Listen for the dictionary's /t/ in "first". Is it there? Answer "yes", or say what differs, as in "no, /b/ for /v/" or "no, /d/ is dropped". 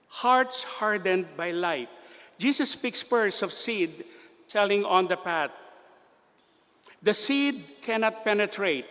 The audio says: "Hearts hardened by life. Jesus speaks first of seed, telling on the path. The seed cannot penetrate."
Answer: no, /t/ is dropped